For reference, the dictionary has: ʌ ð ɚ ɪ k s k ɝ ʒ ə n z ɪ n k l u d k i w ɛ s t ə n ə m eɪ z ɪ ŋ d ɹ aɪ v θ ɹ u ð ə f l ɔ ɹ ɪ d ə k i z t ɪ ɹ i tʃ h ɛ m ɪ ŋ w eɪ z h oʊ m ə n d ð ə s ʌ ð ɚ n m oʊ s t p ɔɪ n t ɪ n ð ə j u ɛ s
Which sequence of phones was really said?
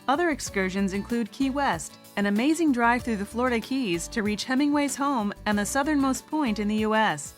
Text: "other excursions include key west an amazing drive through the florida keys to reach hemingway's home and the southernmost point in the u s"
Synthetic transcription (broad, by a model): ʌ ð ɚ ɪ k s k ɝ ʒ ə n z ɪ n k l u d k i w ɛ s t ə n ə m eɪ z ɪ ŋ d ɹ aɪ v θ ɹ u ð ə f l ɔ ɹ ɪ d ə k i z t ɪ ɹ i tʃ h ɛ m ɪ ŋ w eɪ z h oʊ m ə n ð ə s ʌ ð ɚ n m oʊ s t p ɔɪ n t ɪ n ð ə j u ɛ s